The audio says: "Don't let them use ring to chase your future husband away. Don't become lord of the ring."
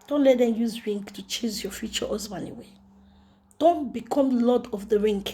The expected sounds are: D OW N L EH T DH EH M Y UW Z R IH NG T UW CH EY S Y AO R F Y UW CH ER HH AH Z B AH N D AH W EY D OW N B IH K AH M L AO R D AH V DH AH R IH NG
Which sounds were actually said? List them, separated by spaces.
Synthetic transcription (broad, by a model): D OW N L EH T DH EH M Y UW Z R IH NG T UW CH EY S Y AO F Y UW CH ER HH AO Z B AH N AH W EY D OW N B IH K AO M L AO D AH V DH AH R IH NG